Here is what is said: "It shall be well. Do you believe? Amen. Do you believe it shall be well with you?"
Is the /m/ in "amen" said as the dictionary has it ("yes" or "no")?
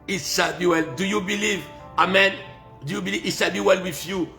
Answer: yes